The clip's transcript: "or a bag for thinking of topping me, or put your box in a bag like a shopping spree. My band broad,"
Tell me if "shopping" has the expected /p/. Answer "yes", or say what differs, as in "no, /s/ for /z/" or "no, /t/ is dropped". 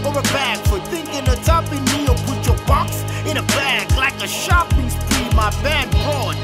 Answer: yes